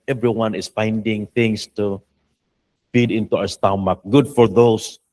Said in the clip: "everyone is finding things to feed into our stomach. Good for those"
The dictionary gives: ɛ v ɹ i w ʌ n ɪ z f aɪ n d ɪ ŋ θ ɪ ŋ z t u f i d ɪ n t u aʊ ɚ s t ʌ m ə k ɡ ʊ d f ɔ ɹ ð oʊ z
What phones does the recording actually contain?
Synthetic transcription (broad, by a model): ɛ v ɹ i w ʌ n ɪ s f aɪ n d ɪ ŋ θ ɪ ŋ s t u f i d ɪ n t u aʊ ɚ s t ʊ m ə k ɡ ʊ d f ɔ ɹ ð oʊ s